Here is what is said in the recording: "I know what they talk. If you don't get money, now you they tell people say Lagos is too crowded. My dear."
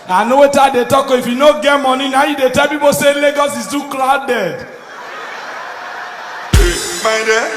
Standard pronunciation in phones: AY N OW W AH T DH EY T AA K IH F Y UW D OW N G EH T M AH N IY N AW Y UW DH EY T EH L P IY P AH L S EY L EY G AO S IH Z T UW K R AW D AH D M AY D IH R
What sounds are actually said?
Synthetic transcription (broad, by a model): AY N OW W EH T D EY T AA K IH F Y UW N OW G EH T M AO N IY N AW Y UW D EY T EH L P IY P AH S EY L EY G AO S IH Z T UW K L AW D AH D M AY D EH